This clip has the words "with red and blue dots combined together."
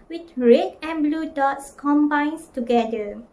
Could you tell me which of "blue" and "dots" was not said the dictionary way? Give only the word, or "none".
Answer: none